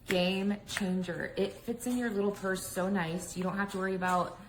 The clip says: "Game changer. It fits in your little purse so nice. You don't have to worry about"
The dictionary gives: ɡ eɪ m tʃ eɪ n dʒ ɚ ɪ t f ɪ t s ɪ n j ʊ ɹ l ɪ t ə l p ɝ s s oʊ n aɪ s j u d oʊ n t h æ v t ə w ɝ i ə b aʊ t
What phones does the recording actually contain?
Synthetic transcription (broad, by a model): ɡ eɪ m tʃ eɪ n dʒ ɚ ɪ t f ɪ t s ɪ n j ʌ ɹ l ɪ t l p ɝ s s oʊ n aɪ s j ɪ d oʊ n t h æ f t ə w ɝ i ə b aʊ t